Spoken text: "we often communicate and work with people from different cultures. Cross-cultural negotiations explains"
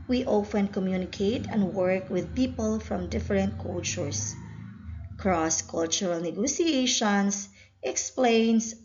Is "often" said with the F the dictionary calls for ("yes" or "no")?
yes